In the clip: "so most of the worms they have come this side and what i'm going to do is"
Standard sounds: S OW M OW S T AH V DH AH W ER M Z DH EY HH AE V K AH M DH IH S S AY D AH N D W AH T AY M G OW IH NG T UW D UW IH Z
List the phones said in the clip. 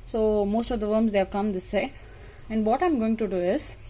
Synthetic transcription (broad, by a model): S OW M OW S T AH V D AH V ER M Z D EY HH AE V K AH M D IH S S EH AH N D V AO T AY M G OW IH NG T UW D UW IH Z